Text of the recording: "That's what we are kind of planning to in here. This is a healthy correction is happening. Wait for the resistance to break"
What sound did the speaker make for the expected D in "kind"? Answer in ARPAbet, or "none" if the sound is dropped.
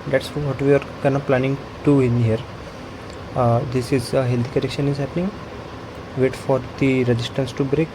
none